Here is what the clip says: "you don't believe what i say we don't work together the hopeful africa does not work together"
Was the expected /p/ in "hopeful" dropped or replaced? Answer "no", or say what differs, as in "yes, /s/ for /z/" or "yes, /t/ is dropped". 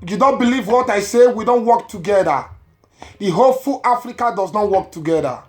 yes, /p/ is dropped